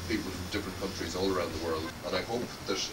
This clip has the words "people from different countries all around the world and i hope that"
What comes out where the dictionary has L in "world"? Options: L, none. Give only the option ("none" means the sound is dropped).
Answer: L